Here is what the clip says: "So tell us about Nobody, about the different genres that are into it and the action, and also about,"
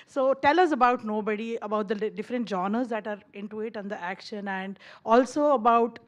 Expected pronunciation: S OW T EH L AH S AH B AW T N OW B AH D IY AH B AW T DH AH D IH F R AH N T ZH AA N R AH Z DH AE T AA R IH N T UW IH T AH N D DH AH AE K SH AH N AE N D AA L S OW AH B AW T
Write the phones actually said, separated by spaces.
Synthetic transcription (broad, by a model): S OW T EH L AH S AH B AW T N OW B AH D IY AH B AW T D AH D IH F R AH N T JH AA N AH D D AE T AA R IH N T UW IH T AH N D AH AE K SH AH N AE N D AA L S OW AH B AW T